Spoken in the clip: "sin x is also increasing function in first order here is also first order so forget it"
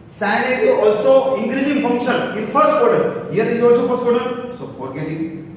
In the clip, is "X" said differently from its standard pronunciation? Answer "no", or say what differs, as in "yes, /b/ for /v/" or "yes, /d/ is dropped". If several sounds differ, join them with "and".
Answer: yes, /k/ is dropped